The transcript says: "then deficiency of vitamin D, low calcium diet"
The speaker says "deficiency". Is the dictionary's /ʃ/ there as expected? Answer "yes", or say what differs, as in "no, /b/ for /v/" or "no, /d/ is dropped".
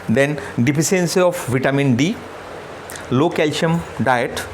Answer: no, /s/ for /ʃ/